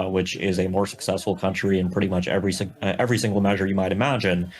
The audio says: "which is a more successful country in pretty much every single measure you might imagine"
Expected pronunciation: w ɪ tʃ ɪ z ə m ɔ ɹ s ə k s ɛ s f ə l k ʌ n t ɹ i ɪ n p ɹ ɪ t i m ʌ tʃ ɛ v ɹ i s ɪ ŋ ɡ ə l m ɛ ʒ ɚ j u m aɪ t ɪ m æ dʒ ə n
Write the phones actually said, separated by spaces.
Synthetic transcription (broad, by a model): w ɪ tʃ ɪ z ə m ɔ ɹ s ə k s ɛ s f l k ʌ n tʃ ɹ i ɪ n p ɹ ɪ t i m ʌ tʃ ɛ v ɹ i s ɪ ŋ ɡ l m ɛ ʒ ɚ j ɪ m aɪ t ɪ m æ dʒ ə n